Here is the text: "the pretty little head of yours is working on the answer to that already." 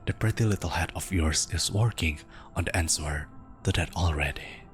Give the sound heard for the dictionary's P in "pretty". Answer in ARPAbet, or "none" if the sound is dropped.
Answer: P